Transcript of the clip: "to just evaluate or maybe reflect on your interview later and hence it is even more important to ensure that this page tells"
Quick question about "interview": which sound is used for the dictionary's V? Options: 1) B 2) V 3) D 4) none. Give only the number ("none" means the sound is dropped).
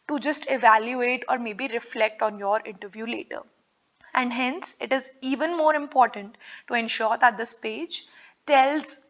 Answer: 2